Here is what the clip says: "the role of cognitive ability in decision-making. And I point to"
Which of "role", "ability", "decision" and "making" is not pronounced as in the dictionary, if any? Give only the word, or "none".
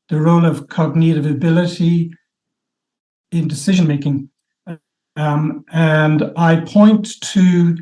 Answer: none